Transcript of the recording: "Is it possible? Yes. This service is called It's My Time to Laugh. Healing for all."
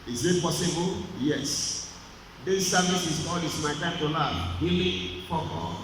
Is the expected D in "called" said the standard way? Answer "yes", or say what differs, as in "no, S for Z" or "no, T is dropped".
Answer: no, D is dropped